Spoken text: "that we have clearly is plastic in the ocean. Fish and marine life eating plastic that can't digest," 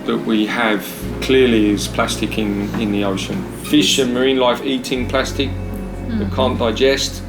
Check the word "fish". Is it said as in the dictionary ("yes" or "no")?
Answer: yes